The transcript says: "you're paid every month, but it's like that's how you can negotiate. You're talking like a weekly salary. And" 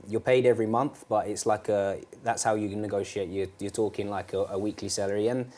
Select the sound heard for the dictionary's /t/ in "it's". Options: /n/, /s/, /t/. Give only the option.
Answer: /t/